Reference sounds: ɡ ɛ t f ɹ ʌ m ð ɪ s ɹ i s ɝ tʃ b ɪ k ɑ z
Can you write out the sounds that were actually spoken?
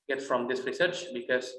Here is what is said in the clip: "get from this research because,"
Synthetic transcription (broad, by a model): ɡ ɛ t f ɹ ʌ m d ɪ s ɹ i s ɝ tʃ b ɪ k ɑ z